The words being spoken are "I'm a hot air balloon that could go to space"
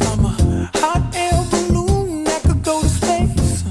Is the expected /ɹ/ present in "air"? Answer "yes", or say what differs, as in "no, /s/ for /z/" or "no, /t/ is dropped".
no, /l/ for /ɹ/